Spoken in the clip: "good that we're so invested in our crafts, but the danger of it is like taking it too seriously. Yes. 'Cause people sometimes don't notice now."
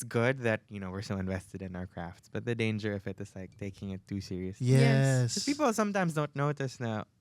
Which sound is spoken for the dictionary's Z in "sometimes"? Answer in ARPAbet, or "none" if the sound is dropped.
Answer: Z